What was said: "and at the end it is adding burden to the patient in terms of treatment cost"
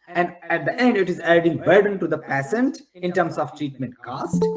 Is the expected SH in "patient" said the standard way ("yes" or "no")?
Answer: no